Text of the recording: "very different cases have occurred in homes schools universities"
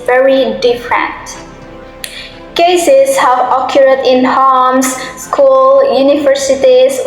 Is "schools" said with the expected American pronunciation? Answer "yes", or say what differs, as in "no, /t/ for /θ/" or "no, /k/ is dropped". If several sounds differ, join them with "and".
no, /z/ is dropped